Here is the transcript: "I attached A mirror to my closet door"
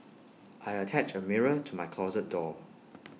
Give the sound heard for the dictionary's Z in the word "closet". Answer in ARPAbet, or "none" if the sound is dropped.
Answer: Z